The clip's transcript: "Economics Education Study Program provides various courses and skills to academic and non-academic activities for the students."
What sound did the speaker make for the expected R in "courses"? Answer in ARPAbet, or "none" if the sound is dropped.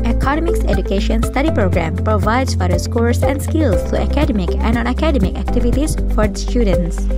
L